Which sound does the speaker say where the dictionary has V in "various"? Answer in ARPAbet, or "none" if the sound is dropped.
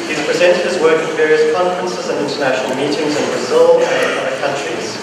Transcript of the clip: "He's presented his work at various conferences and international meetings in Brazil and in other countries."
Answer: V